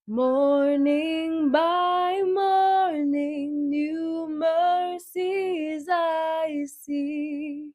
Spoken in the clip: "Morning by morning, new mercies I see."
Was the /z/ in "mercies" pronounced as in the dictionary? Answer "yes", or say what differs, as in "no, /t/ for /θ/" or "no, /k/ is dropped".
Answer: yes